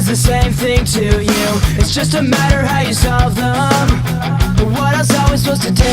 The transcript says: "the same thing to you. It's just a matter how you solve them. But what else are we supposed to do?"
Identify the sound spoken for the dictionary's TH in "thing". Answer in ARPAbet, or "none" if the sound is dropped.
TH